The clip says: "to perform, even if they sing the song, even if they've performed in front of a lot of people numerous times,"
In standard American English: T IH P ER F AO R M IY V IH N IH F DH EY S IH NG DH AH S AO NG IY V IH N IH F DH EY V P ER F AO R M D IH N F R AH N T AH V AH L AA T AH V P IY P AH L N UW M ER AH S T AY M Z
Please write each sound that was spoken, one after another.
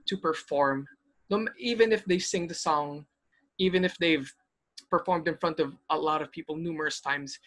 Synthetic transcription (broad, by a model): T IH P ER F AO R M IY V IH N IH F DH EY S IH NG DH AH S AO NG IY V IH N IH F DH EY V P ER F AO R M D IH N F R AH N T AH V AH L AA T AH V P IY P AH L N UW M ER AH S T AY M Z